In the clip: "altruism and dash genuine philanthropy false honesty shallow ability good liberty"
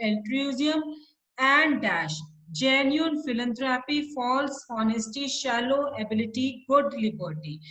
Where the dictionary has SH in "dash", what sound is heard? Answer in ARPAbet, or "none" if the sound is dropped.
SH